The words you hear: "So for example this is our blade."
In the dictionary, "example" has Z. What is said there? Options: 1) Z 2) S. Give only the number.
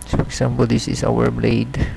2